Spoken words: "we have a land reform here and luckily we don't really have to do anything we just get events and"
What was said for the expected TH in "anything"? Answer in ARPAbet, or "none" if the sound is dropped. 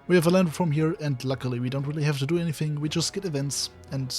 TH